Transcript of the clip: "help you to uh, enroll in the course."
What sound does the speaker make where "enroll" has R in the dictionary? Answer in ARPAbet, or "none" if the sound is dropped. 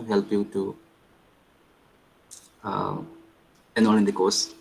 none